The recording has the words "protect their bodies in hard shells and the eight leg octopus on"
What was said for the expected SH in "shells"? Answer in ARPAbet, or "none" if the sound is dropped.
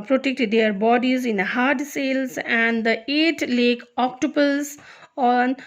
S